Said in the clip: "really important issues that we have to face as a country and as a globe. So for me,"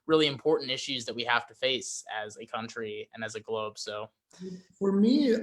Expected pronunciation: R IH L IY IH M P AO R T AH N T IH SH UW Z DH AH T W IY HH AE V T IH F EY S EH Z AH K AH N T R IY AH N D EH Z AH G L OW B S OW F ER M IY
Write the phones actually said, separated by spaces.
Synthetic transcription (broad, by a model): R IH L IY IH M P AO R T N T IH SH UW Z DH AH T W IY HH AE F T IH F EY S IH Z AH K AH N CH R IY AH N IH Z AH G L OW B S OW F ER M IY